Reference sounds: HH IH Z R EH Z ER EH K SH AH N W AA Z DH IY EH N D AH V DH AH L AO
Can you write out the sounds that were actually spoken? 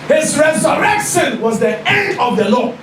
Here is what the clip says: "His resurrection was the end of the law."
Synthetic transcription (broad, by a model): HH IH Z R EH Z ER EH K SH AH N W AA Z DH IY EH N D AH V DH AH L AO